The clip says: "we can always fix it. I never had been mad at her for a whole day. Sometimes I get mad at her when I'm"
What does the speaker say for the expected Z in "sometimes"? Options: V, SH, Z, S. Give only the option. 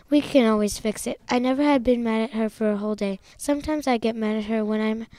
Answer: Z